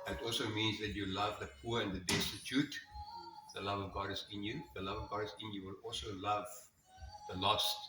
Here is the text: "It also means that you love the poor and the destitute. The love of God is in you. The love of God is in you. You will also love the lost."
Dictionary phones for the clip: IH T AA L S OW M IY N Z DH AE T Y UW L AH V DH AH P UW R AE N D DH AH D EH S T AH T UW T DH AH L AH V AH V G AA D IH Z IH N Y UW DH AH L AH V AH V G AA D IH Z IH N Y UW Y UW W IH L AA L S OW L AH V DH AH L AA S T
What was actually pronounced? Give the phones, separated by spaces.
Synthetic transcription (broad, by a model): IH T AA L S OW M IY N Z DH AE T Y UW L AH V DH AH P UW R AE N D DH AH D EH S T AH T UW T DH AH L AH V AH V G AA D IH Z IH N Y UW DH AH L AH V AH V G AA D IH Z IH N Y Y UW W IH L AA L S OW L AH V DH AH L AA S